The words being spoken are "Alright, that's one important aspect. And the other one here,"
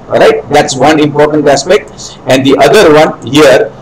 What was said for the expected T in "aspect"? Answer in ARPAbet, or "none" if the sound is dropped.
T